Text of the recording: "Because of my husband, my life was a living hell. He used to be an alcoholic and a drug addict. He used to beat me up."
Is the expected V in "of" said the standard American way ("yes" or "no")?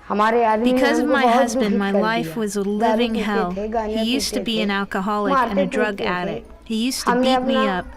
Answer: yes